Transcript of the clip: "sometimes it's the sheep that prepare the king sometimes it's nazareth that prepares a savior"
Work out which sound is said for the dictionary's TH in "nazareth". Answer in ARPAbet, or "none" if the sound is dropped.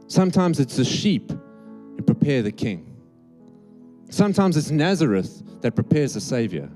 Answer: TH